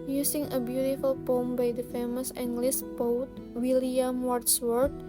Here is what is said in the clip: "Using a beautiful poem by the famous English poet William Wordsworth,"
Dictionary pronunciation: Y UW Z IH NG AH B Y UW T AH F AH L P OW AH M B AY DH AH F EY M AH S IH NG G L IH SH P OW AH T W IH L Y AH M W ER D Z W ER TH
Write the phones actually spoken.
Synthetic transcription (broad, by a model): Y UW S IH NG AH B Y UW T AH F AH L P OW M B AY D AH F EY M AH S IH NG G L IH S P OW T W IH L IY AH M W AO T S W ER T